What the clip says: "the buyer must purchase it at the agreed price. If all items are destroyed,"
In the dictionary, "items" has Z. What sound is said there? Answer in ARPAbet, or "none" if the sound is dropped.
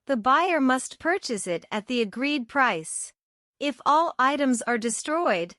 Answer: Z